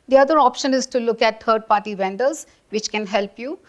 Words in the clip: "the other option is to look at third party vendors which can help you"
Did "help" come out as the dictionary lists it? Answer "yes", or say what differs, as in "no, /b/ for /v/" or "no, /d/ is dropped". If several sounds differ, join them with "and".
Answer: yes